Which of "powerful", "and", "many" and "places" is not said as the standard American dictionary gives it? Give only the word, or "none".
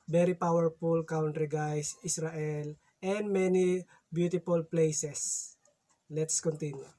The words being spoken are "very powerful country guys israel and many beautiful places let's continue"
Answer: places